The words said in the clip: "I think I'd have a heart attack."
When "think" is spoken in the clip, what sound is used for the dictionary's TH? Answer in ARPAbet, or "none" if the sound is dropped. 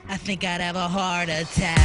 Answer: TH